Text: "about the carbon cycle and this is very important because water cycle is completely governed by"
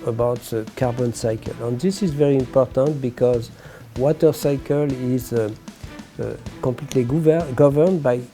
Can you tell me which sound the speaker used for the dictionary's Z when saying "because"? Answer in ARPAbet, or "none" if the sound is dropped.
Z